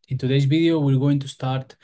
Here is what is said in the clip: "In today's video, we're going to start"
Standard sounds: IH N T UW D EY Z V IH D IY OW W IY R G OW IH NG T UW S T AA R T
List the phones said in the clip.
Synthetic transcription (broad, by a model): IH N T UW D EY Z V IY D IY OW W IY L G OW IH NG T UW S T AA R T